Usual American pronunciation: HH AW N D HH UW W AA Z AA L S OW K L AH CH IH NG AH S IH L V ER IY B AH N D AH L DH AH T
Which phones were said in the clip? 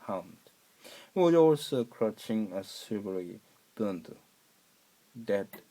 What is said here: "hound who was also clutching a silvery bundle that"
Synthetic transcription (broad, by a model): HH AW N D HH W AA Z AA L S OW K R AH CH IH NG AH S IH V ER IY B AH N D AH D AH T